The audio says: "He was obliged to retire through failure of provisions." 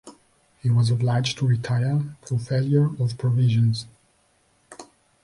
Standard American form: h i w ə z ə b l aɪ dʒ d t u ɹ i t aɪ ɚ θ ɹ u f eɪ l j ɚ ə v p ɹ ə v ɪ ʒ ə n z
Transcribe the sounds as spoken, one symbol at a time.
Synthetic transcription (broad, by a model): h i w ə z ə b l aɪ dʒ t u ɹ i t aɪ ɚ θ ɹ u f eɪ l j ɚ ə v p ɹ ə v ɪ ʒ ə n z